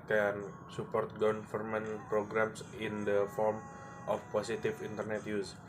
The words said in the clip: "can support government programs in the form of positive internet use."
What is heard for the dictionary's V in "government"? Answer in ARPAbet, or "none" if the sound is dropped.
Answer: F